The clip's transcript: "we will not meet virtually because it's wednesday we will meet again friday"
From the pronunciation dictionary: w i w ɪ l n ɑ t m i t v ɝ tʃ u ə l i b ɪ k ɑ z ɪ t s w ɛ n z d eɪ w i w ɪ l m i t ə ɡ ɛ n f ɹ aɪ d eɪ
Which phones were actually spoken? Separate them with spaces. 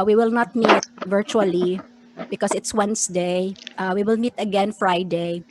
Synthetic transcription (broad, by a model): w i w ɪ l n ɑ t m i t v ɝ tʃ u ə l i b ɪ k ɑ s ɪ t s w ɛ n s d eɪ w i w ɪ l m i t ə ɡ ɛ n f ɹ aɪ d eɪ